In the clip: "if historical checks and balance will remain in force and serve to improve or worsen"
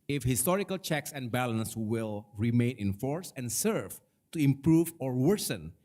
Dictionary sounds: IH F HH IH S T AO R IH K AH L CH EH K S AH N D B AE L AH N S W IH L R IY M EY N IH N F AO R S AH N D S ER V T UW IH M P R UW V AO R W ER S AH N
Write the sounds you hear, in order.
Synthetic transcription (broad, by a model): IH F HH IH S T AO R IH K AH L CH EH K S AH N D B AE L AH N S W IH L R IY M EY N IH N F AO R S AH N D S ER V T UW IH M P R UW V AO R W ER S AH N